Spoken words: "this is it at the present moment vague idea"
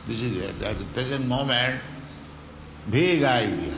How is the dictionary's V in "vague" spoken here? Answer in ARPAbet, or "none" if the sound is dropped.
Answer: B